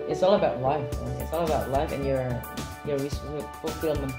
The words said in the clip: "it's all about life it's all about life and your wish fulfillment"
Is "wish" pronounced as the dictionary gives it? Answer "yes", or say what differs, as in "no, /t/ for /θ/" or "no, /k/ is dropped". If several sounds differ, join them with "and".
no, /s/ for /ʃ/